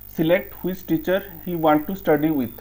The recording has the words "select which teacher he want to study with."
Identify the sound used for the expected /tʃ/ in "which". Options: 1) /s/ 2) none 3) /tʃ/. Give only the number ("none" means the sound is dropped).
1